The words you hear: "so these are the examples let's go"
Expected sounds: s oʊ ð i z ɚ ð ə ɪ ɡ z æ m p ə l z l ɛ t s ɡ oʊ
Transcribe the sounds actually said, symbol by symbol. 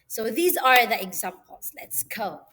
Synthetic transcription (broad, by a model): s oʊ ð i z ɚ ð ə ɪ ɡ z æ m p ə l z l ɛ t s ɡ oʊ